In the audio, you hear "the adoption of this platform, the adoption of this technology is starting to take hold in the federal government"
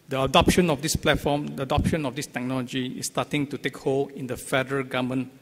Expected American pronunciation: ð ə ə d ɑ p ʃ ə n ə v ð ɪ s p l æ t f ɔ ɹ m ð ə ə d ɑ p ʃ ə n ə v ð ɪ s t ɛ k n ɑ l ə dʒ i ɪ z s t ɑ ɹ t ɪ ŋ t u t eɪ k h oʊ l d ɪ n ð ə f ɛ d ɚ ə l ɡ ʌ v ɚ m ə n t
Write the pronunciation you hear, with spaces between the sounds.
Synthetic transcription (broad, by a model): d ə ə d ɑ p ʃ ə n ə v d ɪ s p l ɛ t f ɔ m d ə ə d ɑ p ʃ ə n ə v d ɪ s t ɛ k n ɑ l ə dʒ i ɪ s t ɑ t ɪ ŋ t u t eɪ k h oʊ l ɪ n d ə f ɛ d ɚ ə ɡ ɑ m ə n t